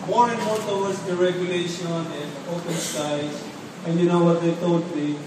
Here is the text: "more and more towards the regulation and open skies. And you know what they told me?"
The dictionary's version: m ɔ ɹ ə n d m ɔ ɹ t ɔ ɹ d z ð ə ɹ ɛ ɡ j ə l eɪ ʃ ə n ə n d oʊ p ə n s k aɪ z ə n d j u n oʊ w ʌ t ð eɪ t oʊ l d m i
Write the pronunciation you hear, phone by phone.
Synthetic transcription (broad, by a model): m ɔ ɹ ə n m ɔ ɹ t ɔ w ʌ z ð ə ɹ ɛ ɡ j ə l eɪ ʃ ə n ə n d oʊ p ə n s aɪ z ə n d j u n oʊ w ʌ t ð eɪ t oʊ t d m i